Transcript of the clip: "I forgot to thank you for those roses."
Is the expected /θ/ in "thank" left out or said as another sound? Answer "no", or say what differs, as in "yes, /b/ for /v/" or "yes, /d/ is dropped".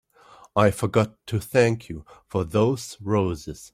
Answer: no